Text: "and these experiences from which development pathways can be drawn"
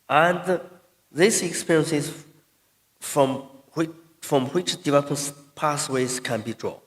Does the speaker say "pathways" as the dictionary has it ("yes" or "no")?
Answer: no